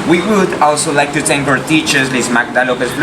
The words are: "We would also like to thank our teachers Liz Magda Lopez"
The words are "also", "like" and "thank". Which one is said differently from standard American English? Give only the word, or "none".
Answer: thank